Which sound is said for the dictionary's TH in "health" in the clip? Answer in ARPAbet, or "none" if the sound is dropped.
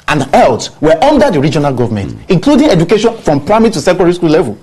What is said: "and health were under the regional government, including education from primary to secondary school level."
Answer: T